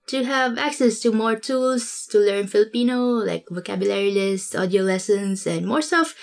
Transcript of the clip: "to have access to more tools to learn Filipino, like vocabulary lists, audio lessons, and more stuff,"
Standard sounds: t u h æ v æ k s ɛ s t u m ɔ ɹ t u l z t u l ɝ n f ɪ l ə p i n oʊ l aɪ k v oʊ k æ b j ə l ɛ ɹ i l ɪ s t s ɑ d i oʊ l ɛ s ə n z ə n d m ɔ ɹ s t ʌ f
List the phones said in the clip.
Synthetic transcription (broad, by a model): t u h æ v æ k s ɛ s t u m ɔ ɹ t u l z t u l ɝ n f ɪ l ə p i n oʊ l aɪ k v oʊ k æ b j ə l ɛ ɹ i l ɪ s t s ɑ d i oʊ l ɛ s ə n s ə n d m ɔ ɹ s t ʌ f